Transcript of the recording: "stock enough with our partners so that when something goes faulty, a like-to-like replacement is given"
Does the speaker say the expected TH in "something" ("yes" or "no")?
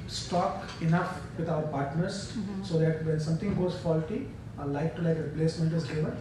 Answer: no